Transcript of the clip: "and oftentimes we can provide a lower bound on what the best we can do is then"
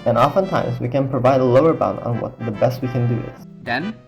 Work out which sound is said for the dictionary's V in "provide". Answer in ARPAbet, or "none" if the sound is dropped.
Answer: V